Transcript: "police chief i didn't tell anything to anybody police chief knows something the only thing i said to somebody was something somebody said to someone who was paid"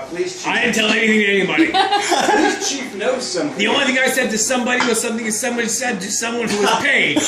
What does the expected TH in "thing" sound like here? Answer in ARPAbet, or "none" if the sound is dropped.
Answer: TH